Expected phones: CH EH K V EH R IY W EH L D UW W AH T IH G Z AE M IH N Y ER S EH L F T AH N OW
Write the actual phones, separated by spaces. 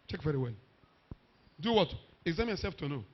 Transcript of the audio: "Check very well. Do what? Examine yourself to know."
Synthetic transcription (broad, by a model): CH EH K V EH R IY W EH L D UW W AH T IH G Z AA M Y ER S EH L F T AH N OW